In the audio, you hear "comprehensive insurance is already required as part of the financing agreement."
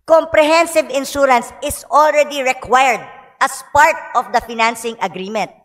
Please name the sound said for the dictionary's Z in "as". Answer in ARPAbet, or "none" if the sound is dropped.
S